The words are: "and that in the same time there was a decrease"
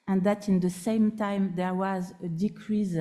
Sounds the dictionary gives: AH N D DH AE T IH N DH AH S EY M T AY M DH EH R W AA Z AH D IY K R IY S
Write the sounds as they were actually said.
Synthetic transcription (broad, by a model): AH N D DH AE T IH N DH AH S EY M T AY M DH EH R W AA Z AH D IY K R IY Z